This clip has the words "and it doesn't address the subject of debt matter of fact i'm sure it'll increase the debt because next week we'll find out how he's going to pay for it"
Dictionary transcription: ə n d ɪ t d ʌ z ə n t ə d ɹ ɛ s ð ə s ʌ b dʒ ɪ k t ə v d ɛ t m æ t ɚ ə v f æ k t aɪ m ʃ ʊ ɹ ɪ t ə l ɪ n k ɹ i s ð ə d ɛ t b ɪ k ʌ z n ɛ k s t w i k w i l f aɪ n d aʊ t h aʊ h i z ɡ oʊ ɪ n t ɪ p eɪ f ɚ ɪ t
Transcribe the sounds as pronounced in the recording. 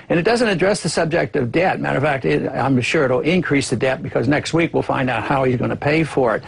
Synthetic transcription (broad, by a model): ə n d ɪ t d ʌ z ə n t ə d ɹ ɛ s ð ə s ʌ b dʒ ɪ k t ə v d ɛ t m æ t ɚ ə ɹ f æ k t aɪ m ʃ ʊ ɹ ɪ t l ɪ n k ɹ i s ð ə d ɛ t b ɪ k ʌ z n ɛ k s t w i k w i l f aɪ n d aʊ t h aʊ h i z ɡ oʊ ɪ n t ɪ p eɪ f ɚ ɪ t